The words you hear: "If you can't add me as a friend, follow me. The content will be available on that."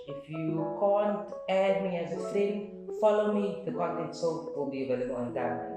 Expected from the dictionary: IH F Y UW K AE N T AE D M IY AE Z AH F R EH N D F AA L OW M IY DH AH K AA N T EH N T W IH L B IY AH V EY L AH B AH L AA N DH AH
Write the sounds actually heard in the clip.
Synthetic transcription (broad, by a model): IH F Y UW K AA N T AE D M IY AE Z AH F L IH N F AA L OW M IY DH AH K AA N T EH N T W IH L B IY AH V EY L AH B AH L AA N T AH